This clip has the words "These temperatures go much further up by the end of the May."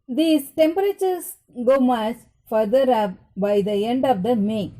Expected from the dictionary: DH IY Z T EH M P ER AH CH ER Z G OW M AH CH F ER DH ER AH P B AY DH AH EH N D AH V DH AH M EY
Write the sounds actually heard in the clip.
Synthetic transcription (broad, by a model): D IY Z T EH M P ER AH CH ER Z G OW M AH S F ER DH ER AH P B AY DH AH EH N D AH V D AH M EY